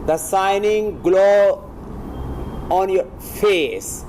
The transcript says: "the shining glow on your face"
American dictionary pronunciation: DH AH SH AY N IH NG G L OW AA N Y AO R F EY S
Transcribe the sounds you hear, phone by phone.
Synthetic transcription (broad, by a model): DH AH S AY N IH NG G L OW AA N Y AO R F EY S